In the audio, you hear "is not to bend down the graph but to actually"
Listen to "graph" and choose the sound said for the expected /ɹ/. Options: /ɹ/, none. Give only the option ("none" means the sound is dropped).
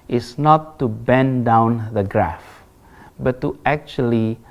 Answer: /ɹ/